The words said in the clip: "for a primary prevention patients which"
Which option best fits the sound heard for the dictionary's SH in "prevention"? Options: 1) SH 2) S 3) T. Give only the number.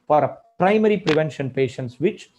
1